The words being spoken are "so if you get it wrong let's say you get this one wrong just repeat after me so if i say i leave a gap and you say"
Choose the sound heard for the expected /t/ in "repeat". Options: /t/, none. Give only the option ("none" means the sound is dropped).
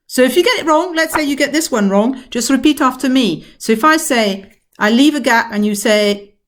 /t/